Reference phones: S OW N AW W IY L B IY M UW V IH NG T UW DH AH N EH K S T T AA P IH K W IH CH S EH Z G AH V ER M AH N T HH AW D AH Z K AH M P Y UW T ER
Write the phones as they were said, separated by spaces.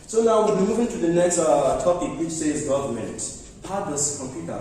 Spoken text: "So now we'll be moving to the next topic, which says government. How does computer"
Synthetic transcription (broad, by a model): S OW N AW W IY B IY M UW V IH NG T UW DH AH N EH K S T T AA P IH K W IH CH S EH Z G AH V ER M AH N T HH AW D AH S K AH M P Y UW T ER